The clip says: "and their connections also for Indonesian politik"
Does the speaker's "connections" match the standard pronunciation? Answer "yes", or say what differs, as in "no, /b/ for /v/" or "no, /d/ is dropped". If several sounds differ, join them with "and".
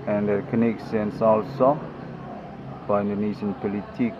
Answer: no, /s/ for /ʃ/ and /s/ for /z/